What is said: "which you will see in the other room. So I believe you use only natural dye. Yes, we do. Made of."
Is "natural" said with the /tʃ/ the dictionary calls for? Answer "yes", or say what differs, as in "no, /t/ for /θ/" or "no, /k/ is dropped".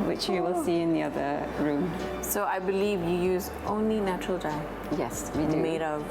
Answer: yes